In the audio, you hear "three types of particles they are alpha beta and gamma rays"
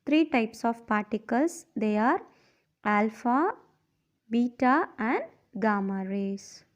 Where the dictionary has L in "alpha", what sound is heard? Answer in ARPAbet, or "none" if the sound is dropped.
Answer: L